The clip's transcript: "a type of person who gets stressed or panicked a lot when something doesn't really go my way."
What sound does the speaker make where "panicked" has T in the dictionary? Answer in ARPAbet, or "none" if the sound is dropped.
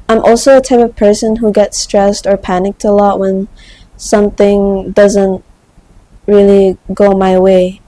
T